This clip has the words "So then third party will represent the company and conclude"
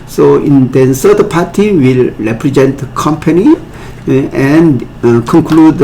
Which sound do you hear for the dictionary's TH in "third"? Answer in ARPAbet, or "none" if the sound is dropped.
S